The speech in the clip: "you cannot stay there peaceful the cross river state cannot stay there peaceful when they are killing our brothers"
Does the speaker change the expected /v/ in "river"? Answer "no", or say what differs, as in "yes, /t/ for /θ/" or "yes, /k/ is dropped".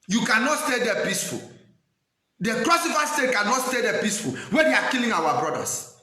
yes, /f/ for /v/